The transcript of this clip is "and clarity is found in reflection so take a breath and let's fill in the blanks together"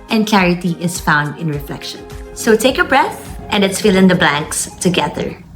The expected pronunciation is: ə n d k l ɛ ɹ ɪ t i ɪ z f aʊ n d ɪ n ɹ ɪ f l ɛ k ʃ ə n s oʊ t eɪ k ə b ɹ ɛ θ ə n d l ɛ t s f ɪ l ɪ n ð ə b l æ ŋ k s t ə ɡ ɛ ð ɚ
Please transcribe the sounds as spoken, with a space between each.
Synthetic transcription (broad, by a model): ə n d k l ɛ ɹ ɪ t i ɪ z f aʊ n d ɪ n ɹ ɪ f l ɛ k ʃ ə n s oʊ t eɪ k ə b ɹ ɛ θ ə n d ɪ t s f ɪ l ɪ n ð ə b l æ ŋ k s t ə ɡ ɛ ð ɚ